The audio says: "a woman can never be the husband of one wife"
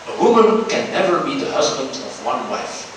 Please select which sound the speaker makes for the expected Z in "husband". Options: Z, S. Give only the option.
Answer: Z